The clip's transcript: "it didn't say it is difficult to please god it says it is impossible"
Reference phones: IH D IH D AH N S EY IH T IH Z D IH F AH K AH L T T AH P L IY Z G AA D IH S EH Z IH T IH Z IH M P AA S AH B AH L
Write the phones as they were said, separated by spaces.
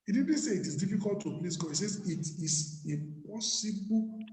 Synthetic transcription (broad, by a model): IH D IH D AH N S EY IH T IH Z D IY F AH K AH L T T AH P L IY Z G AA IH S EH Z IH T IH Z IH P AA S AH B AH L